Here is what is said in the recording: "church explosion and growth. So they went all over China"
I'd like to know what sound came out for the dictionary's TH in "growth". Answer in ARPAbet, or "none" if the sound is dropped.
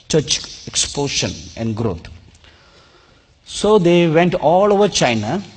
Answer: T